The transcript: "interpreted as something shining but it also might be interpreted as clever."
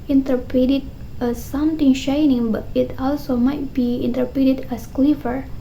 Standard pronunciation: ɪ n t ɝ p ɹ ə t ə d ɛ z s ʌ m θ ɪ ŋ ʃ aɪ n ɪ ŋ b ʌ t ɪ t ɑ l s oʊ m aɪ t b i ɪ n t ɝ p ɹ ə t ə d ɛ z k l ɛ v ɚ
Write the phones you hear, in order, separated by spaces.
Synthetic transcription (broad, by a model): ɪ n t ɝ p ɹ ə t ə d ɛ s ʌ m t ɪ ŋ ʃ aɪ n ɪ ŋ b ʌ t ɪ t ɑ l s oʊ m aɪ t b i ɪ n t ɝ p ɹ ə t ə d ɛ s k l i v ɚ